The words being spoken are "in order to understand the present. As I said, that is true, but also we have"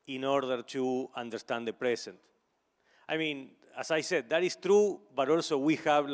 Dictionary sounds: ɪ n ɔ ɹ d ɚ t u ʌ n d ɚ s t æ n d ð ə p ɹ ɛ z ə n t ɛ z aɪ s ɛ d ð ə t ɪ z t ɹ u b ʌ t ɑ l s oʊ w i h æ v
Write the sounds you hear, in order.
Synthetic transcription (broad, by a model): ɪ n ɔ ɹ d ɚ t u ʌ n d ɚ s t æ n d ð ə p ɹ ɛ s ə n t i s aɪ s ɛ d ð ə t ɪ s t ɹ u b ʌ t ɑ l s oʊ w i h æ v